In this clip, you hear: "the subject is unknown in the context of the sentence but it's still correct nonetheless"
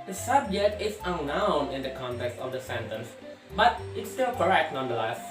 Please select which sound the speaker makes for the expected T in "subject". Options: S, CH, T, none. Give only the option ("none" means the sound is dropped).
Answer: T